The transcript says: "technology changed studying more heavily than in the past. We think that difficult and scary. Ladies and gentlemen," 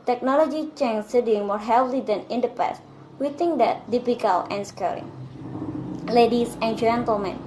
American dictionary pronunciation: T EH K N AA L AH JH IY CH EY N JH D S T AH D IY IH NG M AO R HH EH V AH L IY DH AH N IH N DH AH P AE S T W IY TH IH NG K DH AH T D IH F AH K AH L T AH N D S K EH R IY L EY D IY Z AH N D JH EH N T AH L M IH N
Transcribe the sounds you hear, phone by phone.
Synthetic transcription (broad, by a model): T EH K N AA L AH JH IY CH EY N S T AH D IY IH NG M AO R HH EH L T IY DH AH N IH N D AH P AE S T W IY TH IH NG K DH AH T D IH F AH K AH L AH N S K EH R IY L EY D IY S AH N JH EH N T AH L M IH N